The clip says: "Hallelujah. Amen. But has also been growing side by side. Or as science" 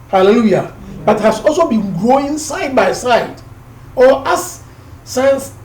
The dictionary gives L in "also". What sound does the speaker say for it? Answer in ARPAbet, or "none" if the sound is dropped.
L